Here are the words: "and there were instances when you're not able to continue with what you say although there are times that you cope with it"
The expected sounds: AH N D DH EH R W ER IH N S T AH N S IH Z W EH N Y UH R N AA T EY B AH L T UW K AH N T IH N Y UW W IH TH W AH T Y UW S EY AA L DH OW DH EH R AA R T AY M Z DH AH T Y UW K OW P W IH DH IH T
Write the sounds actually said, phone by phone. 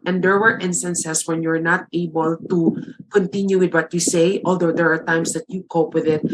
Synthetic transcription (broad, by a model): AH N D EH R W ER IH N S T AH N S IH S W EH N Y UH R N AA T EY B AH L T UW K AH N T IH N Y UW W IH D W AH T Y UW S EY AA L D OW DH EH R AA R T AY M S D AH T Y UW K OW P W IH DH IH T